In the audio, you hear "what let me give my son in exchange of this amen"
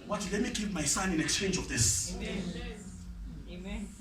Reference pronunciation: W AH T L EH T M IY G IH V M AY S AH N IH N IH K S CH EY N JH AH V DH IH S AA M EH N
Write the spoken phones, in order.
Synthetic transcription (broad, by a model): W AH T L EH T M IY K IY P M AY S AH N IH N IH K S CH EY N JH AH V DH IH S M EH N